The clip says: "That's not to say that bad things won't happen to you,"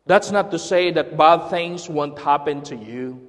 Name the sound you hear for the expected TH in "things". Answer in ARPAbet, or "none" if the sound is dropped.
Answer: TH